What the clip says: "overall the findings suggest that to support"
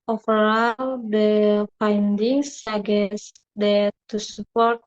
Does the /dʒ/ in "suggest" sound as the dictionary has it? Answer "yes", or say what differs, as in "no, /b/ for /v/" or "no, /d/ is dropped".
no, /dʒ/ is dropped